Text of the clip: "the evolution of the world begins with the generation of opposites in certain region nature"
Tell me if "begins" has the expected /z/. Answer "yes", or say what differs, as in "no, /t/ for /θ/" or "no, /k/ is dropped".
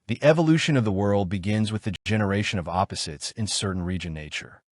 yes